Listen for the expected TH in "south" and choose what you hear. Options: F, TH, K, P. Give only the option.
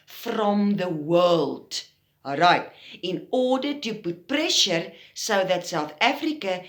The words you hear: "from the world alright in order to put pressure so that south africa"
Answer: TH